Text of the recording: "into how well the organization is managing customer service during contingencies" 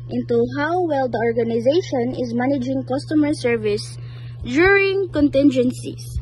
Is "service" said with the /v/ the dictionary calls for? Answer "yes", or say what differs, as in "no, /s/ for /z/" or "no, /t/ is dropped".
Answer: yes